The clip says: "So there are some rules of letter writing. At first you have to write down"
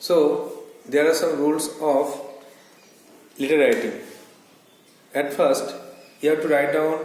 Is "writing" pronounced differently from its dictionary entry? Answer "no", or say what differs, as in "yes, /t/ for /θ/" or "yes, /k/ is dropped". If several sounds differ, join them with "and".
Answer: yes, /l/ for /ɹ/